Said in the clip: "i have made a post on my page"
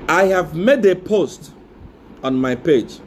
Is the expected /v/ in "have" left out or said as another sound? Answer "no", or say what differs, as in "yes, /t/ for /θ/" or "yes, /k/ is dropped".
no